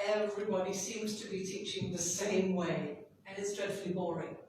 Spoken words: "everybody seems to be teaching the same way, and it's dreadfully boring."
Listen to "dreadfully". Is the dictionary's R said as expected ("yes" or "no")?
no